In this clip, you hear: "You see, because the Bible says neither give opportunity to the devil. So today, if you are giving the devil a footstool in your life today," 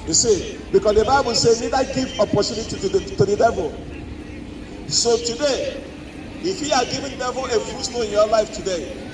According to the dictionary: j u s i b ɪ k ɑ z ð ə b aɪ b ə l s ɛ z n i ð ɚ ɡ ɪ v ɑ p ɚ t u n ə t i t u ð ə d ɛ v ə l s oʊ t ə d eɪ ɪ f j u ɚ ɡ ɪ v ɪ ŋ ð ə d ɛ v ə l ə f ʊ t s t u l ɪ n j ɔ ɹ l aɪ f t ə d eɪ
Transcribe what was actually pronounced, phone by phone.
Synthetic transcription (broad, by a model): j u s i b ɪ k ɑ s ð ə b aɪ b ə l s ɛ n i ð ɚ ɡ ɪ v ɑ p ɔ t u n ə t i t u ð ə d ɛ v ə l s oʊ t ə d eɪ ɪ f j u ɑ ɡ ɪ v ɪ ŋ d ɛ v ə l ə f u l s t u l ɪ n j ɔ l aɪ f t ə d eɪ